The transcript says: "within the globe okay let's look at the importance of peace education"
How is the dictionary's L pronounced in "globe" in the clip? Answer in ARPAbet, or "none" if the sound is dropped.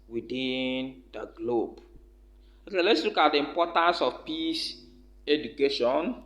L